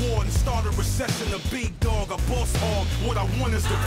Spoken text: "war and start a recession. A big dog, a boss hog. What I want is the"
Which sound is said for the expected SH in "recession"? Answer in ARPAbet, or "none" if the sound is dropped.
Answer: S